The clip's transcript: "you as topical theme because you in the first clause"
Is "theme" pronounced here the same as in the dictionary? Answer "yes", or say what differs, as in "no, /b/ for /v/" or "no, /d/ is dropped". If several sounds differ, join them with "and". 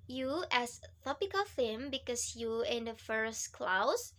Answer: no, /f/ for /θ/